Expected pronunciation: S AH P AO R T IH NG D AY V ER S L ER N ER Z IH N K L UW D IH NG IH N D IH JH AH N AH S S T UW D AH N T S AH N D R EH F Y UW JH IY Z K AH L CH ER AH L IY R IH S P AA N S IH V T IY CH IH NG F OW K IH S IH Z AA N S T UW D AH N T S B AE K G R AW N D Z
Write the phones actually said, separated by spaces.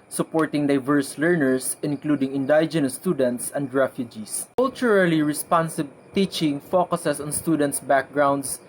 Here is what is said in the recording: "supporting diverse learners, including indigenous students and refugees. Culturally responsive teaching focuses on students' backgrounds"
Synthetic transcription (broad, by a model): S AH P AO R T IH NG D AY V ER S L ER N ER S IH N K L UW D IH NG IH N D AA JH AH N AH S S T UW D AH N T S AH N D R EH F Y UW JH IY S K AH L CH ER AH L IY R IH S P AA N S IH B T IY CH IH NG F OW K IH S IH S AA N S T UW D AH N T S B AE K G R AW N D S